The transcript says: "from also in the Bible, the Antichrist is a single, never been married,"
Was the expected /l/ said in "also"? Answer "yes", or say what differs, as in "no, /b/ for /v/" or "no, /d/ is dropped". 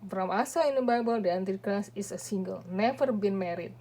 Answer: no, /l/ is dropped